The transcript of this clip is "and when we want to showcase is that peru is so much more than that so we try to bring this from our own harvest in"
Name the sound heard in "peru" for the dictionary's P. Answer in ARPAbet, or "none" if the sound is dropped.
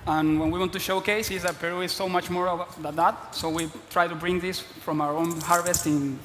P